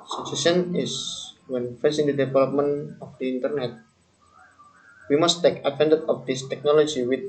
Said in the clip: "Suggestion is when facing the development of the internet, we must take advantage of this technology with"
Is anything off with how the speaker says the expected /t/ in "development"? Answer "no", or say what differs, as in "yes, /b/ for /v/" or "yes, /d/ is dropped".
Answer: yes, /t/ is dropped